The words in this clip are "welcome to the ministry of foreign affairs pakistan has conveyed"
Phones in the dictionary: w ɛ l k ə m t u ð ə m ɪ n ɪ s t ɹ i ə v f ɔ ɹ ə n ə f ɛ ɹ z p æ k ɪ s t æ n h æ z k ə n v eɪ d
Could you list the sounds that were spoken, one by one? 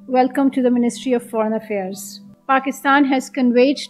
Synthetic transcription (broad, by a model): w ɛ l k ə m t u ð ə m ɪ n ɪ s t ɹ i ə v f ɔ ɹ ə n ə f ɛ ɹ z p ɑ k ɪ s t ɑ n h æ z k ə n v eɪ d